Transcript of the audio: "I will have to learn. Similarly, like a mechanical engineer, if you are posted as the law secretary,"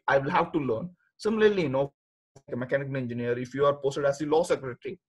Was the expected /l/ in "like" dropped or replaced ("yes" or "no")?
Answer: yes